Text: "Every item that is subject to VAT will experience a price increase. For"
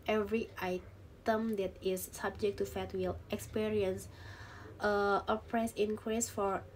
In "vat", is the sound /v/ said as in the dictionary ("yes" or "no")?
no